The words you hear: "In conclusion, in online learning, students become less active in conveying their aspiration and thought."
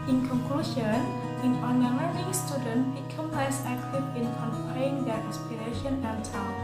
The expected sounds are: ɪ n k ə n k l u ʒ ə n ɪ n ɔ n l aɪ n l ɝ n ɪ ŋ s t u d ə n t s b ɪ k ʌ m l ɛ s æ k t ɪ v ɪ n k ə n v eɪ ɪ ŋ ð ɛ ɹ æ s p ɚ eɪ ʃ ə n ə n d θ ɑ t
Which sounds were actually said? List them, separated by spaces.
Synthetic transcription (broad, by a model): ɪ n k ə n k l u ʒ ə n ɪ n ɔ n aɪ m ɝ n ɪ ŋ s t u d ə n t b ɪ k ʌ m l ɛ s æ k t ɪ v ɪ n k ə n p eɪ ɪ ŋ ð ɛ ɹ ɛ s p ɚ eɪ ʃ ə n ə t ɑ